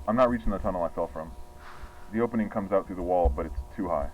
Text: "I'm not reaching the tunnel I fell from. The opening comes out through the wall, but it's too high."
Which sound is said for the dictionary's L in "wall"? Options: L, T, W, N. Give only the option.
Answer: L